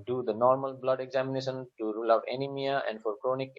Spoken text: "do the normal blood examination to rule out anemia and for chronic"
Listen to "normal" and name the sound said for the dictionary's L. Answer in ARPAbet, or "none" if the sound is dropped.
L